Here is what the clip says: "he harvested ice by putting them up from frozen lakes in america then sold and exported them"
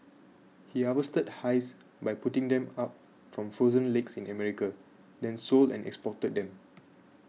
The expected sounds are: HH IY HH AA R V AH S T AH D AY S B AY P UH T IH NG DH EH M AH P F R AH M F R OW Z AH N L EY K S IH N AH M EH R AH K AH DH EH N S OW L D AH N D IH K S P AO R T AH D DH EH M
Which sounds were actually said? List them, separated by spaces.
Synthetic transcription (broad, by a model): HH IY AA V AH S T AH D AY S B AY P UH T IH NG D EH M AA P F R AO M F R OW Z AH N L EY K S IH N AH M EH R AH K AH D EH N S OW L D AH N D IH K S P AO T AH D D EH M